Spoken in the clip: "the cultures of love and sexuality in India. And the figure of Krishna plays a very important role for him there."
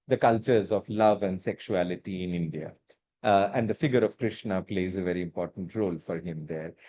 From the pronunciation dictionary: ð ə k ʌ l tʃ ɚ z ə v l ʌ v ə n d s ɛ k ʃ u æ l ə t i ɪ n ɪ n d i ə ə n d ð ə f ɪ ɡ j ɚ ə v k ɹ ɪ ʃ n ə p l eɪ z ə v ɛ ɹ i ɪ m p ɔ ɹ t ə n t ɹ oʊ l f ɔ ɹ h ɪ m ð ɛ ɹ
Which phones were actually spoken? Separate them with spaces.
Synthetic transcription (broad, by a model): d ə k ʌ l tʃ ɚ z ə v l ʌ v ə n d s ɛ k ʃ u æ l ə t i ɪ n ɪ n d i ə ə n d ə f ɪ ɡ j ɚ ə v k ɹ ɪ ʃ n ə p l eɪ z ə v ɛ ɹ i ɪ m p ɔ ɹ t ə n t ɹ oʊ l f ɔ ɹ h ɪ m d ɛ ɹ